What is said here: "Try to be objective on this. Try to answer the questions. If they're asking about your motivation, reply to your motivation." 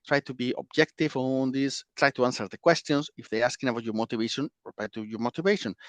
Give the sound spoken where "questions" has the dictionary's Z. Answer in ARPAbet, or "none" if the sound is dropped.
S